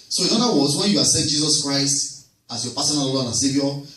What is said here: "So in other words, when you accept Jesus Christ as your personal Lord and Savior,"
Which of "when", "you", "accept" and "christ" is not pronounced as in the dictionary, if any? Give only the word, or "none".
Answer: accept